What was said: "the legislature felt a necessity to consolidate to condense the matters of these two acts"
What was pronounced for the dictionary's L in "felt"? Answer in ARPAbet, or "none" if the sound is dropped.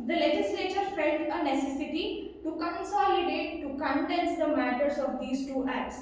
none